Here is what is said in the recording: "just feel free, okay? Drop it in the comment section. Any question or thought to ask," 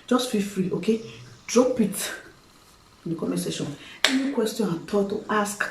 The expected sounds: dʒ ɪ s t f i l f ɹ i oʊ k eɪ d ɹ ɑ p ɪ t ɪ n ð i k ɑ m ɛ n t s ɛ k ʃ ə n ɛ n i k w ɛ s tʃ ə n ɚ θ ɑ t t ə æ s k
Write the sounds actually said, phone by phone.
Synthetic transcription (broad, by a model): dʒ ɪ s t f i f ɹ i oʊ k eɪ d ɹ ɑ p ɪ t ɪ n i k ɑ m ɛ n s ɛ ʃ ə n ɛ n i k w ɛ s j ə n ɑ t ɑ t t ə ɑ s k